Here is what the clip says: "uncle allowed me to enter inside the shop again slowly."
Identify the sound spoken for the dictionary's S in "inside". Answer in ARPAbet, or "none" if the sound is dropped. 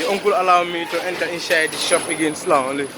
SH